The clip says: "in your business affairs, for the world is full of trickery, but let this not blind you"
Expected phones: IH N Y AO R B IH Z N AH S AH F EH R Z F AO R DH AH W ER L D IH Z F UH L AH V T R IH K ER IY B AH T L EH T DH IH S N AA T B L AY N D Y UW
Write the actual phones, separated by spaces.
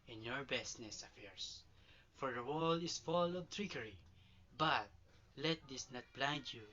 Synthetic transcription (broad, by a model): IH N Y AO R B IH S N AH S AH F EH R S F AO R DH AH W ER L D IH S F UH L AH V T R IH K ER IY B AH T L EH T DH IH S N AA T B L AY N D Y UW